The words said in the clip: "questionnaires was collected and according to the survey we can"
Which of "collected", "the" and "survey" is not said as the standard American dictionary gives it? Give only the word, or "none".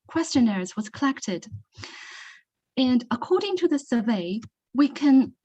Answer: none